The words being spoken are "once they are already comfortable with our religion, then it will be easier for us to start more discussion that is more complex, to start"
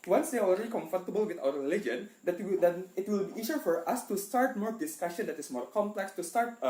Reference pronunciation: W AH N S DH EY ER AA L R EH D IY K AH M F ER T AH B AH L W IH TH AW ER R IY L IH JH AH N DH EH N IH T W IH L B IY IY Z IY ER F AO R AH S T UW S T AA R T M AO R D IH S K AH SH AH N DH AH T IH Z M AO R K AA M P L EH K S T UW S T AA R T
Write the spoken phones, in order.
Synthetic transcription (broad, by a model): W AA N S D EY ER AA L R EH D IY K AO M F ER T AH B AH L W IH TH AW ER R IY L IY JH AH N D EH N IH T W IH L B IY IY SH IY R F AO R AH S T UW S T AA R T M AO R D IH S K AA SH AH N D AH T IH S M AO R K AA M P L EH K S T UW S T AA R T